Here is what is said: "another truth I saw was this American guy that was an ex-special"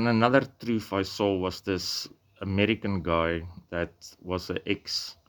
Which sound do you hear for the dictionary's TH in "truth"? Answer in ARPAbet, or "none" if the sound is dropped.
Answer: F